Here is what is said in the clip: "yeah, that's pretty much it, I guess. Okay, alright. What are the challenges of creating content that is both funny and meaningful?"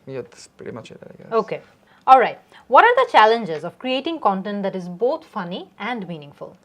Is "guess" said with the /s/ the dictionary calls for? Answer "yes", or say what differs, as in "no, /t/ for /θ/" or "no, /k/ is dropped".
no, /s/ is dropped